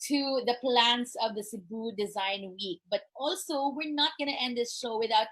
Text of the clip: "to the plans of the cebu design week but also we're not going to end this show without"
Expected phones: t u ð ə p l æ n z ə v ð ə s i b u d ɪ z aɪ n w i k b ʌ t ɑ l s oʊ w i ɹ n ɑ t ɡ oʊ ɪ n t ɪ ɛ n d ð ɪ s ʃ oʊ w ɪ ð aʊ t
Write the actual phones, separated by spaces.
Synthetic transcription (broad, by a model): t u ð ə p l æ n s ə v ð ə s i b u d ɪ z aɪ n w i k b ʌ t ɑ l s oʊ w i ɹ n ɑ t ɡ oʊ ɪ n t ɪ ɛ n d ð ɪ s ʃ oʊ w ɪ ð aʊ t